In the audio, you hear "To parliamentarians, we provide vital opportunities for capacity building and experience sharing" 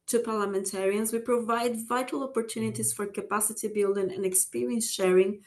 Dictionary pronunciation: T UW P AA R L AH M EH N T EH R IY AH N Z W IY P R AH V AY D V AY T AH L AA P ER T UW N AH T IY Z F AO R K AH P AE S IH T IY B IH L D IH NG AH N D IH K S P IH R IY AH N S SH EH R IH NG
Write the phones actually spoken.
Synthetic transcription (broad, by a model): T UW P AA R L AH M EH N T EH R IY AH N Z W IY P R AH V AY D V AY T AH L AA P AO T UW N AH T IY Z F AO R K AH P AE S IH T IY B IH L D IH NG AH N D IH K S P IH R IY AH N S SH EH R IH NG